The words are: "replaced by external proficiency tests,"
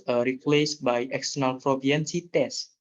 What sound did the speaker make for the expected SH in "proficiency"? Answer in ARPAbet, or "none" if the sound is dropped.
none